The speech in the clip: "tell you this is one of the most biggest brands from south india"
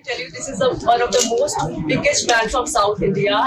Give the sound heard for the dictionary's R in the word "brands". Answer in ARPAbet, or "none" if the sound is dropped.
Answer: none